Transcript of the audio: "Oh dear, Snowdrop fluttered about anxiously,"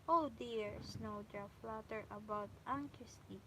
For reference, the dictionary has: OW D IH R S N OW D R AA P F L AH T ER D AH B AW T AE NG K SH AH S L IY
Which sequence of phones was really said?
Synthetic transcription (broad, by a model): OW D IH R S N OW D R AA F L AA T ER AH B AW T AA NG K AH S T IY